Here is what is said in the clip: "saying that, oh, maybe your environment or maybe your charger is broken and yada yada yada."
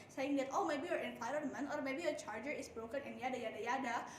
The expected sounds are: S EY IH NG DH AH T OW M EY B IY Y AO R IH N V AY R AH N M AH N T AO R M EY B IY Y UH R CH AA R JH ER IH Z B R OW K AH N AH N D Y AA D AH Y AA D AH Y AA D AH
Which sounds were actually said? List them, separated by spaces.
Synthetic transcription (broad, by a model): S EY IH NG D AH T OW M EY B IY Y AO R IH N F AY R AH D M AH N AO R M EY B IY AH CH AA R JH ER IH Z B R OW K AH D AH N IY Y AA D AH Y AA D AH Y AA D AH